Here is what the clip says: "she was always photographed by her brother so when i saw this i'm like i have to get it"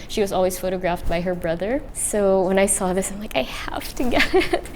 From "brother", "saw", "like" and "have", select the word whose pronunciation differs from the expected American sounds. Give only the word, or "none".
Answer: have